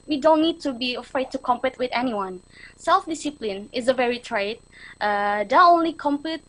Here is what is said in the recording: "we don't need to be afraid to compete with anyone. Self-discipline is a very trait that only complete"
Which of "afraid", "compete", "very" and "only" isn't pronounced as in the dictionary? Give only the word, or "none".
none